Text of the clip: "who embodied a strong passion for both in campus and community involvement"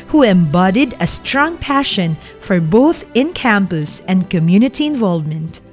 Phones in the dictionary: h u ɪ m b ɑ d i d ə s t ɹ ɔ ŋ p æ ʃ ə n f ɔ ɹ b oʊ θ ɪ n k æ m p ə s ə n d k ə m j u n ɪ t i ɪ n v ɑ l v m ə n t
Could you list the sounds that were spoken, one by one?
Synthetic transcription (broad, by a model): h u ɪ m b ɑ d i d ə s t ɹ ɔ ŋ p æ ʃ ə n f ɔ ɹ b oʊ θ ɪ n k æ m p ə s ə n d k ə m j u n ɪ t i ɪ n v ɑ l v m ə n t